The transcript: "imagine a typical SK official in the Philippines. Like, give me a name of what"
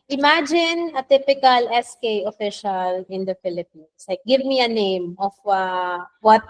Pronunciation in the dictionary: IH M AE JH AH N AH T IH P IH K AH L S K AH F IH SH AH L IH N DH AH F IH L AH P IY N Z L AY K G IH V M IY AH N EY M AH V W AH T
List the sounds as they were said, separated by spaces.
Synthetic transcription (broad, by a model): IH M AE JH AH N AH T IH P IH K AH L S K AH F IH SH AH L IH N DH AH F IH L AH P IY N S L AY K G IH V M IY AH N EY M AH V W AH T